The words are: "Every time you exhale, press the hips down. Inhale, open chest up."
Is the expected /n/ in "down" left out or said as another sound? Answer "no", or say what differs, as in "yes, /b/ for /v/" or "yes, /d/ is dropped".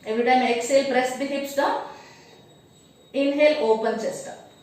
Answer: yes, /n/ is dropped